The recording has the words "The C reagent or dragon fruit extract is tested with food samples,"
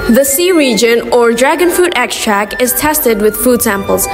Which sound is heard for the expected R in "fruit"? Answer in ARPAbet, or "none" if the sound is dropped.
none